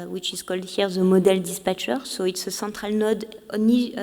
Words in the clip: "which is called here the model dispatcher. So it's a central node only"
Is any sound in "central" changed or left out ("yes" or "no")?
yes